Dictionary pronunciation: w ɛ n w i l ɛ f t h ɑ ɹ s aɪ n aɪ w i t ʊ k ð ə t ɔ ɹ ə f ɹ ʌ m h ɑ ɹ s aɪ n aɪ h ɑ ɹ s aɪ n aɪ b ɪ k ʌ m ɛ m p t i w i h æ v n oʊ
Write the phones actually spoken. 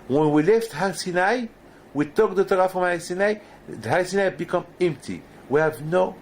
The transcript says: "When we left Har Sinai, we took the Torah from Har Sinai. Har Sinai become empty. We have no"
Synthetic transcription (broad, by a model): w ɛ n w i l ɛ f t h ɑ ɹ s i n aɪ w i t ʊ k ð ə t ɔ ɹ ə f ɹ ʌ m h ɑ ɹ s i n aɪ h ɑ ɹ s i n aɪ b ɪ k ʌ m ɛ m p t i w i h æ v n oʊ